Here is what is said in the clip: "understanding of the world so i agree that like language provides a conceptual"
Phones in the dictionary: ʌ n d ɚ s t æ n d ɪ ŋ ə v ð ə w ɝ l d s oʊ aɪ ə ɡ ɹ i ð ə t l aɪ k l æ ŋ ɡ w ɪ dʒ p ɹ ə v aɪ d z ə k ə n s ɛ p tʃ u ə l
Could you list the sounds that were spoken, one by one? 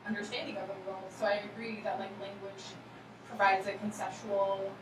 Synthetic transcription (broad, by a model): ʌ n d ɚ s t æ n d ɪ ŋ ə v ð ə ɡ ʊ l s oʊ aɪ ə ɡ ɹ i ð ə t l aɪ k l æ ŋ ɡ w ɪ dʒ p ɹ ə v aɪ d z ə k n s ɛ p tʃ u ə l